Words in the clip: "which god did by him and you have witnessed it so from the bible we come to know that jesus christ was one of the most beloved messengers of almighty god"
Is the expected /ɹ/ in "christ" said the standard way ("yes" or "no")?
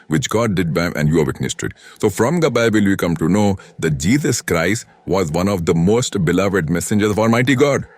yes